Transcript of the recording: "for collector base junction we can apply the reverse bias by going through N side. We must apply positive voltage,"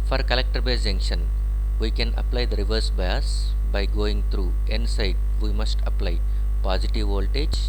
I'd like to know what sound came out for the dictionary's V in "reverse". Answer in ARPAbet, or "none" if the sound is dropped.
V